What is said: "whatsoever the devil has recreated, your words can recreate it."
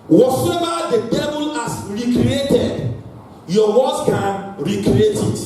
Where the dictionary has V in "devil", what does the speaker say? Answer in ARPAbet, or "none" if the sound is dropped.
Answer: B